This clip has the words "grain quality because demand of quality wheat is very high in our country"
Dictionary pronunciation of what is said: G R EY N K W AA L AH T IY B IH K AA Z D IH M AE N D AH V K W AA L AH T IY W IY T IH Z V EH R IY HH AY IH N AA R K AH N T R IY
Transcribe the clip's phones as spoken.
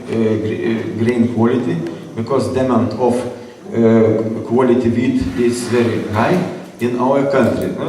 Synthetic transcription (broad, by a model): G R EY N K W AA L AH T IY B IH K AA S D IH M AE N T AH F K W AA L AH T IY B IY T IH S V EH R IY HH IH IH N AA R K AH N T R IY